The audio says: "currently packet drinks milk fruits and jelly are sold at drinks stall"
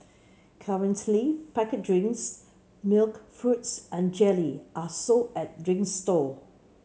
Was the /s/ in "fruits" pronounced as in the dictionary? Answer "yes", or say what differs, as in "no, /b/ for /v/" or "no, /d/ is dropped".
yes